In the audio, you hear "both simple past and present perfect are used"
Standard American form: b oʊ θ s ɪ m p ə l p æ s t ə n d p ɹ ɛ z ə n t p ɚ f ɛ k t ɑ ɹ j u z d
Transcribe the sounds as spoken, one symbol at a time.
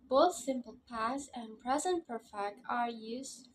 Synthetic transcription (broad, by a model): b oʊ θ s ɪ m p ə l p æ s ə n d p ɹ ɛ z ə n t p ɚ f ɛ k t ɑ ɹ j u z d